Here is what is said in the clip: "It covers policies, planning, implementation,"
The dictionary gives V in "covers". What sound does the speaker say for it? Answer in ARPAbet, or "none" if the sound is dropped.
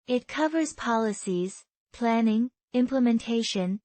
V